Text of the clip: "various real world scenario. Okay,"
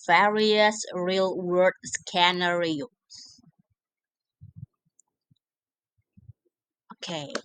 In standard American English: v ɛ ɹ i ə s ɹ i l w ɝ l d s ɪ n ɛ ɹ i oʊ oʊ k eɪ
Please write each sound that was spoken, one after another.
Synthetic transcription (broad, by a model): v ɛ ɹ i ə s ɹ i l w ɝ d s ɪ n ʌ ɹ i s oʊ k eɪ